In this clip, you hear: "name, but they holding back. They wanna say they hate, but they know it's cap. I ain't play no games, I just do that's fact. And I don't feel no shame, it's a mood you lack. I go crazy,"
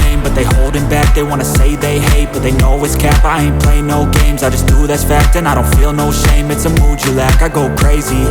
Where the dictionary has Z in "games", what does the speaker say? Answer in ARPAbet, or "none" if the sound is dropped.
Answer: Z